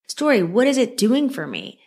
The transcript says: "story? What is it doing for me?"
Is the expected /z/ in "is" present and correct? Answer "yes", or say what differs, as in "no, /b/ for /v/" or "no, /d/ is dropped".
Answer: yes